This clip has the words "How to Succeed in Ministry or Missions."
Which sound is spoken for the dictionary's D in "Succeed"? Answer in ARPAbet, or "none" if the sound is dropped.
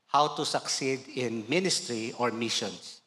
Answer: D